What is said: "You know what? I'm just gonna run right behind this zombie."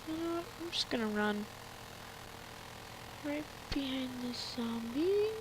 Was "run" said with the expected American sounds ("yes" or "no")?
yes